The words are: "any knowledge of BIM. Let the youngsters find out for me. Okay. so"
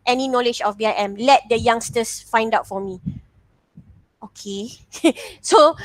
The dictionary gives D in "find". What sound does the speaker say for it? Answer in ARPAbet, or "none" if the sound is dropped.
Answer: D